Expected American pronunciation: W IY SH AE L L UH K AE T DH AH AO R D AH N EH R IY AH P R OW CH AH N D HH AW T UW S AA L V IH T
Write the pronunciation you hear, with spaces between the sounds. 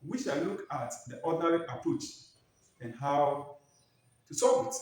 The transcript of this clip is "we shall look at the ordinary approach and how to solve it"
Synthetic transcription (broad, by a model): W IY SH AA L L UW K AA T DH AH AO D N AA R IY AH P R OW CH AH N HH AW T UW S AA V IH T